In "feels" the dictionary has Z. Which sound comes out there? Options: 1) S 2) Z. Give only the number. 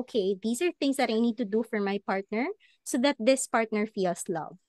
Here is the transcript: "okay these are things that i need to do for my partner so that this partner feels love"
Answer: 1